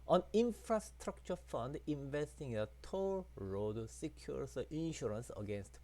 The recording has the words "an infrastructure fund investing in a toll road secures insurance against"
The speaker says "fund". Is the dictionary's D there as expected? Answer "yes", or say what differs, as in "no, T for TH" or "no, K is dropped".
yes